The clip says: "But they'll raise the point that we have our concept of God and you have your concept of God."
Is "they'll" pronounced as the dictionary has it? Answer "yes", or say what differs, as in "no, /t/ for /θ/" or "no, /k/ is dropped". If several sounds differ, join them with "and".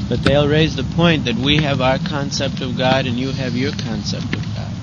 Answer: yes